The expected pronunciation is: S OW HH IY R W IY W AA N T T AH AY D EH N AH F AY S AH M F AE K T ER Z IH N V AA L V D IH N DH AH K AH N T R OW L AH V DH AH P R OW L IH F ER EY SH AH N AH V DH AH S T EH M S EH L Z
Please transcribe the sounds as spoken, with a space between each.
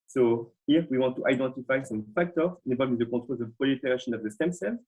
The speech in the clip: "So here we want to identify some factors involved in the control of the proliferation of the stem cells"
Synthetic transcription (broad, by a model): S OW HH IY R W IY W AA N T T AY D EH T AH F AY S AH M F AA K T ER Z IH V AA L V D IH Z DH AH K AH T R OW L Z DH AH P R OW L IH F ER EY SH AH N AH V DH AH S T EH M S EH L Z